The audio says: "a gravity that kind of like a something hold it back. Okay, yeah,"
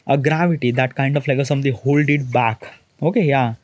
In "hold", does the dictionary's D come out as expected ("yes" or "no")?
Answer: yes